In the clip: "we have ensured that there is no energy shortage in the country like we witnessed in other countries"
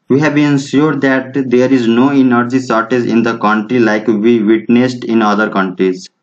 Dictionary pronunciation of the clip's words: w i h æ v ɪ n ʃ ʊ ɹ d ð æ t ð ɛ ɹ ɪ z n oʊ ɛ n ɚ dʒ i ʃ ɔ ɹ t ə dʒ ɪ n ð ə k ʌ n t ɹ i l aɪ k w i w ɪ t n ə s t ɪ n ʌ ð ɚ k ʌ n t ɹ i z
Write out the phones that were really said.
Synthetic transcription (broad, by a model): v i h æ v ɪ n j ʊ ɹ d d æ t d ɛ ɹ ɪ z n oʊ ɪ n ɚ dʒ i s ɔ ɹ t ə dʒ ɪ n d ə k ʌ n t ɹ i l aɪ k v i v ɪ t n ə s t ɪ n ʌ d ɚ k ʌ n t ɹ i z